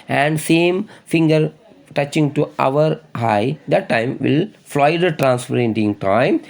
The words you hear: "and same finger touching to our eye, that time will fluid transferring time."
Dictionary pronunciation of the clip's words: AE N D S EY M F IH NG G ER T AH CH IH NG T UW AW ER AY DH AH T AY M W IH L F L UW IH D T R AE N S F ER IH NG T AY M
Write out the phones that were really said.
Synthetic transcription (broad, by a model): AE N D S EY M F IH NG G ER T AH CH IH NG T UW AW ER AY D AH T AY M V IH L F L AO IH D T R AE N S P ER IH NG T AY M